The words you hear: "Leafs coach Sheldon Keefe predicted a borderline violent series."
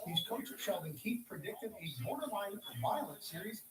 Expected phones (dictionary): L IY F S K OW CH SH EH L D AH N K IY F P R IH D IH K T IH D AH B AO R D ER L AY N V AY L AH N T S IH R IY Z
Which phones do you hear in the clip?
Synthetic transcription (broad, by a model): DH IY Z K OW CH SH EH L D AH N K IY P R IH D IH K T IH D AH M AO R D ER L AY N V AY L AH T S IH R IY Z